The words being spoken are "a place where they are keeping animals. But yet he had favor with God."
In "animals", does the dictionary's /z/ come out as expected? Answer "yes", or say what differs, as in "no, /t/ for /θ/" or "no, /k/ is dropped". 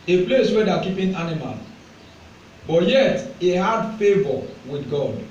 no, /z/ is dropped